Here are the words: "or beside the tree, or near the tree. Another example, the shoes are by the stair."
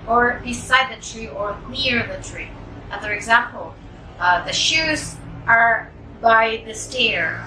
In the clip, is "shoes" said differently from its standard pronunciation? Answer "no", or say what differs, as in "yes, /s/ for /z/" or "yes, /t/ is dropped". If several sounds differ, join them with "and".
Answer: no